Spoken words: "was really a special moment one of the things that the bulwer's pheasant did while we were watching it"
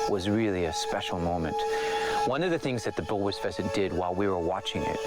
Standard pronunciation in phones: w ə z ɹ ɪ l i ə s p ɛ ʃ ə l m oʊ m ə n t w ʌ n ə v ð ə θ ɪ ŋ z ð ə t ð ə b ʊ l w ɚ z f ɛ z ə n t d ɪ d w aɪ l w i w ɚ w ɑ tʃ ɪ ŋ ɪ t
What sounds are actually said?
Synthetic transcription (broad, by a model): w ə z ɹ ɪ l i ə s p ɛ ʃ l m oʊ m ə n t w ʌ n ə v ð ə θ ɪ ŋ z ð ə t ð ə b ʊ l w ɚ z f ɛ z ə t d ɪ d w aɪ l w i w ɚ w ɑ tʃ ɪ ŋ ɪ t